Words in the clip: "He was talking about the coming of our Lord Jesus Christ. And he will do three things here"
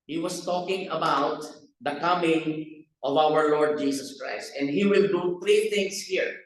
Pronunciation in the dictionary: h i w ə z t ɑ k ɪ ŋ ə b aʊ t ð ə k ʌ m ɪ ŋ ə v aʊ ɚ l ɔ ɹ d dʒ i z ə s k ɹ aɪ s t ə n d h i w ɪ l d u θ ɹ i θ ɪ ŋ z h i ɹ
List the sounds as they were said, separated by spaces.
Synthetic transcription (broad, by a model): h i w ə s t ɑ k ɪ ŋ ə b aʊ t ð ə k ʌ m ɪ ŋ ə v aʊ ɚ l ɔ ɹ d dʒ i s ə s k ɹ aɪ s t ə n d h i w ɪ l d u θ ɹ i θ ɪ ŋ s h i ɹ